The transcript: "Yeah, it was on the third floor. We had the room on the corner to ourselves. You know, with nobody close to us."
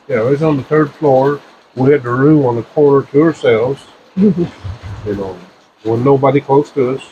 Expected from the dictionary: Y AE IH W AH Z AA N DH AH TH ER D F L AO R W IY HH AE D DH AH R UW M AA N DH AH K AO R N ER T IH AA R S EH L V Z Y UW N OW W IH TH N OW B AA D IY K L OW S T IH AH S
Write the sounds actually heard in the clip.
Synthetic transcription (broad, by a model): Y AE IH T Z N DH AH TH ER D F L AO R W IY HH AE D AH R UW M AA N DH AH K AO R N ER T IH AA R S EH L V Z Y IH N OW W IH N N OW B AA D IY K L OW S T IH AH S